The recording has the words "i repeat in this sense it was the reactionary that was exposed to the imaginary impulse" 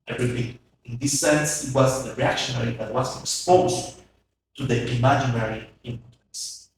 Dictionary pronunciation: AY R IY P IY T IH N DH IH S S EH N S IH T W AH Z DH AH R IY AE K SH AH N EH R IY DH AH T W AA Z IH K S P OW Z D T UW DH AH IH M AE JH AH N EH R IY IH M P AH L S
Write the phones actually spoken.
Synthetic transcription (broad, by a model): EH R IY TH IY IH N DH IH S S EH N S IH T W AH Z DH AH R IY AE K SH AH N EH R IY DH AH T W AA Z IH K S P OW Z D T UW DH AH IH M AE JH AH N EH R IY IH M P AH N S